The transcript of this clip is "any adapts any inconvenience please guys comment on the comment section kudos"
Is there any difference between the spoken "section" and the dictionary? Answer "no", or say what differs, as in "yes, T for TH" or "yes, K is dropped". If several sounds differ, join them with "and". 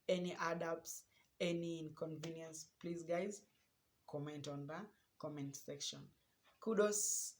no